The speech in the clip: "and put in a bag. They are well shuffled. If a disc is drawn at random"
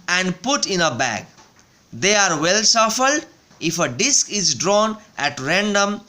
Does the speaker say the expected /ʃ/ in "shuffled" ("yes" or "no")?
no